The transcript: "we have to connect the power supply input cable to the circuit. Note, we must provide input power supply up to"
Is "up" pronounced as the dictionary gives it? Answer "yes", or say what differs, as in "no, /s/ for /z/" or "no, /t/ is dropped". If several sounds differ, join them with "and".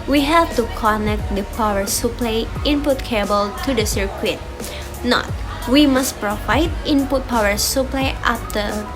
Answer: no, /f/ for /p/